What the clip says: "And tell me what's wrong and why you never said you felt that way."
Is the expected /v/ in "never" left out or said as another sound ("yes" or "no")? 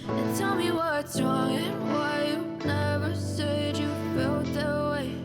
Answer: no